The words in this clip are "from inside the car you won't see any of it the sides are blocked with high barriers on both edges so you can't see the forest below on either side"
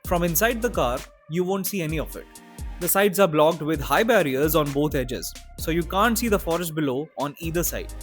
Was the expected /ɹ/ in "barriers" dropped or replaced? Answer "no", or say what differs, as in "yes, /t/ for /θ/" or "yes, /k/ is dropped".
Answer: no